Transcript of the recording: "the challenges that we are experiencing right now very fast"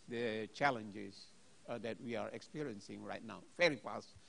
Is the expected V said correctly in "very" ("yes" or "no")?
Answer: no